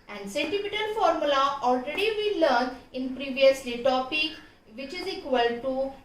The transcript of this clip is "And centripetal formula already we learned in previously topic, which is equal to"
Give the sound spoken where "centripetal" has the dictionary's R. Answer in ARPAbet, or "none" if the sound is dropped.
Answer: none